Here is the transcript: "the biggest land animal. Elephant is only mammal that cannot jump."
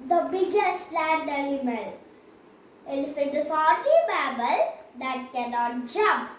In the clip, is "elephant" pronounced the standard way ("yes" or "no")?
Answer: no